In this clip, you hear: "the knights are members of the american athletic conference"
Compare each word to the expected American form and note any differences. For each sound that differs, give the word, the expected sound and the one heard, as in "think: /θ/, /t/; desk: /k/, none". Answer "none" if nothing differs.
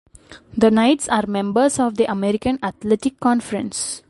members: /z/, /s/; athletic: /θ/, /t/